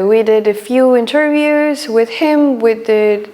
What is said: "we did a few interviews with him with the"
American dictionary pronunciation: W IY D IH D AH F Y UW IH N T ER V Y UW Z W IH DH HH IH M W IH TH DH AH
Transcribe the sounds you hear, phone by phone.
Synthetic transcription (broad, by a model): W IY D IH D AH F Y UW IH N T ER V Y UW Z W IH DH HH IH M W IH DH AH